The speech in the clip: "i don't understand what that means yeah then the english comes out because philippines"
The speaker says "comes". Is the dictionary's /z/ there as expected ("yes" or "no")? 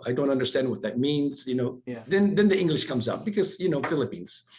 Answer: yes